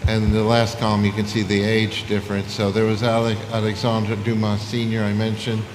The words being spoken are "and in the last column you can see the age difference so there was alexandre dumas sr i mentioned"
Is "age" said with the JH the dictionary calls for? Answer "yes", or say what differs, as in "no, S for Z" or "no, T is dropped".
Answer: yes